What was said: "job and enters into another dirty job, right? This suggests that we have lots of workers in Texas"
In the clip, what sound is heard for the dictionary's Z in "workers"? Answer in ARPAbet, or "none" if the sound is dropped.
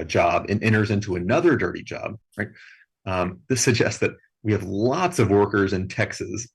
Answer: Z